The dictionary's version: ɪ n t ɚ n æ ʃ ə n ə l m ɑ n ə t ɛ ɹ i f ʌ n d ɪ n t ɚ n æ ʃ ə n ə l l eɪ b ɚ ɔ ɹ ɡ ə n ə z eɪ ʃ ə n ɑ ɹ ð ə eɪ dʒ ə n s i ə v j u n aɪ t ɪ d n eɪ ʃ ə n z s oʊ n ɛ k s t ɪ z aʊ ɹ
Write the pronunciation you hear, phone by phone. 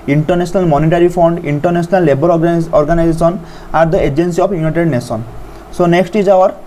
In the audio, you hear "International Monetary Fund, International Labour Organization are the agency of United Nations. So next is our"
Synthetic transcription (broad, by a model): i n t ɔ n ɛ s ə n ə l m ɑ n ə t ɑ ɹ i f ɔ n d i n t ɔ n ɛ s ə n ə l l eɪ b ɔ ɔ ɹ ɡ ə n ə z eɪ s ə n ɑ ɹ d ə eɪ dʒ ə n s i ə p j u n aɪ t ɪ d n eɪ s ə n s oʊ n ɛ k s t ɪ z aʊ ɹ